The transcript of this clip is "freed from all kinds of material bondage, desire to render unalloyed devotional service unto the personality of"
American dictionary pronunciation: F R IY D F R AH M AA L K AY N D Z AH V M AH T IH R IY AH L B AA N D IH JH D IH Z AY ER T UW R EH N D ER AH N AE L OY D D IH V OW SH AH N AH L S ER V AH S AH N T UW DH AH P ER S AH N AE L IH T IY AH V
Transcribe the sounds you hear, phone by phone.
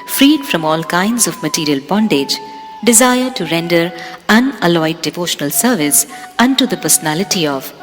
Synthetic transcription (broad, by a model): F R IY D F R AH M AA L K AY N D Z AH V M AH T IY R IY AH L B AA N D IH JH D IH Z AY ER T UW R EH N D ER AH N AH L OY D D IH V OW SH AH N AH L S ER V AH S AH N T UW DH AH P ER S AH N AE L IH T IY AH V